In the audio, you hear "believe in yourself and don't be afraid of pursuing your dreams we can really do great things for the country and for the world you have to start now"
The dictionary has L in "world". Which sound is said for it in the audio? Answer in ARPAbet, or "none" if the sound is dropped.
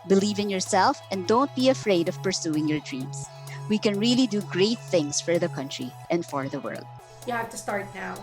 L